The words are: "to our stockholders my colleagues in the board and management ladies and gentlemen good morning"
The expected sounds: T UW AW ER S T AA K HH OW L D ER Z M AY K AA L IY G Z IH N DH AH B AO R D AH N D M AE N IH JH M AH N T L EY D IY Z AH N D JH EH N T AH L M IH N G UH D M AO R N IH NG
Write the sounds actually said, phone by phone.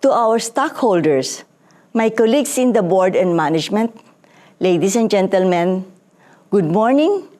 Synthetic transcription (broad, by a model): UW AW ER S T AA K HH OW L D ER S M AY K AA L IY G S IH N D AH B AO R D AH N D M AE N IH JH M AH N T L EY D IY S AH N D JH EH N T AH L M IH N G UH D M AO R N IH NG